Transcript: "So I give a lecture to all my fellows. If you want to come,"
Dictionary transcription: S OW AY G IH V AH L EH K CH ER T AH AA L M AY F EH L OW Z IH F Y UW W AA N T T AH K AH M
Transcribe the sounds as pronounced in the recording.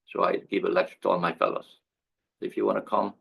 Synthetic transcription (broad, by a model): S OW AY G IH V AH L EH CH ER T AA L M AY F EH L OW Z IH F Y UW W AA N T T AH K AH M